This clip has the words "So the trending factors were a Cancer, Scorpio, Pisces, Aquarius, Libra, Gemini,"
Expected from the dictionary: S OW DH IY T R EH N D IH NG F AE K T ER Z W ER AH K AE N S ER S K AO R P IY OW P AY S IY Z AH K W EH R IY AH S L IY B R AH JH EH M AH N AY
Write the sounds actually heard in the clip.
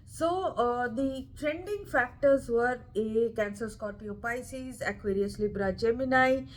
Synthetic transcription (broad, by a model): S OW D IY T R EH N D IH NG F AE K T ER Z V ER AH K AE N S ER S K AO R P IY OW P AY S IY Z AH K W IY R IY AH S L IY B R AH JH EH M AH N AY